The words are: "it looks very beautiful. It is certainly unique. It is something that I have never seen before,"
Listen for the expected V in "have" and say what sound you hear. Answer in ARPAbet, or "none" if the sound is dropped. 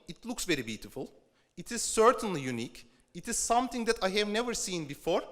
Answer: V